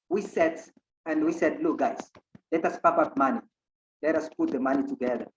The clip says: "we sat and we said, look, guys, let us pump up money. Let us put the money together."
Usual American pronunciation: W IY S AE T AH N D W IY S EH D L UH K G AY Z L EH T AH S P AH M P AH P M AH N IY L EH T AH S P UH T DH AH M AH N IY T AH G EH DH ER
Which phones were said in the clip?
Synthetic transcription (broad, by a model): W IY S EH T AH N D W IY S EH D L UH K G AY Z L EH T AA S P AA P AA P M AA N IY L EH T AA S P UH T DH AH M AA N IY T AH G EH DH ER